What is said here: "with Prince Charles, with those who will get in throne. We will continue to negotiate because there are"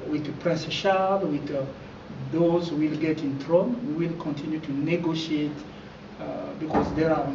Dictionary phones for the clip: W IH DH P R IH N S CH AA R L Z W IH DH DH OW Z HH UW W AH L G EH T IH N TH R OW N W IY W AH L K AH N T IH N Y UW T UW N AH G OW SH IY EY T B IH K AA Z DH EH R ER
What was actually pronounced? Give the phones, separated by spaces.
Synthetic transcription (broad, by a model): W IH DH P R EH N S SH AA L W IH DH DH OW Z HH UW W AH L G EH T IH N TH R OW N W IY W AH L K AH N T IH N Y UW T UW N AH G OW SH IY EY T B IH K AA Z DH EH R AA